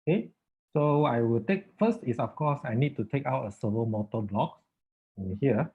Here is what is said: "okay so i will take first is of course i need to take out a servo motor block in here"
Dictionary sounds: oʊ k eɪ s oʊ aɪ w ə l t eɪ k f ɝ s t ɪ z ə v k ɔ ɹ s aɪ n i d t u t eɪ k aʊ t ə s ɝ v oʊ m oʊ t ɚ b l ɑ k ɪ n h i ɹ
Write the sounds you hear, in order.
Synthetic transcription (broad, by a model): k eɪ s oʊ aɪ w ə l t eɪ k f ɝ s t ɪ s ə f k ɔ s aɪ n i d t u t eɪ k aʊ t ə s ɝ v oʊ m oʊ t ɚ b l ɑ k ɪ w h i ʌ